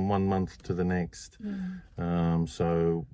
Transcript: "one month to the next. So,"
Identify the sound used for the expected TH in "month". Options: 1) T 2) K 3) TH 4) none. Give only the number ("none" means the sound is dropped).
3